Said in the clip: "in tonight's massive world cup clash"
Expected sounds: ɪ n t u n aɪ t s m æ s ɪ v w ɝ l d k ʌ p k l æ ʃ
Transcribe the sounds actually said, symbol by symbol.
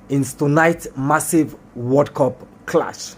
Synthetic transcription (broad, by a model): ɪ n t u n aɪ t m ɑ s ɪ v w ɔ d k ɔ p k l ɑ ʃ